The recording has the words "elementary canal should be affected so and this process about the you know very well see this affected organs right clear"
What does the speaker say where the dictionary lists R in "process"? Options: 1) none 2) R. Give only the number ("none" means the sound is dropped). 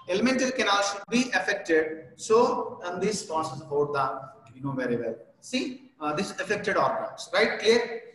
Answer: 1